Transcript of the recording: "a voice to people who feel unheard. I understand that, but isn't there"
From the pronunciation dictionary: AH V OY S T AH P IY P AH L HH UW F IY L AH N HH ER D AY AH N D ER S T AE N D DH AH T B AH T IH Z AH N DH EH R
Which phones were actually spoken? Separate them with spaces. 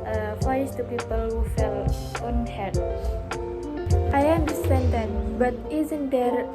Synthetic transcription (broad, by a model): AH F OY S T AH P IY P AH L HH UW F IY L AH N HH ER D AY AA N D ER S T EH N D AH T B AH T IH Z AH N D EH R